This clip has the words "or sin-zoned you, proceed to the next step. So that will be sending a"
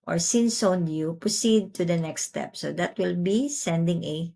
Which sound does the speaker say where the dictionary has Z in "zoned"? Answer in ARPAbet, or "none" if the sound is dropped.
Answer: S